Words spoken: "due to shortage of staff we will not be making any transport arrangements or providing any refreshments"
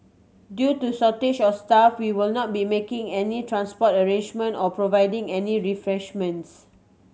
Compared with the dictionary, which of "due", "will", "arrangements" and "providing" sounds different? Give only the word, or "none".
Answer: arrangements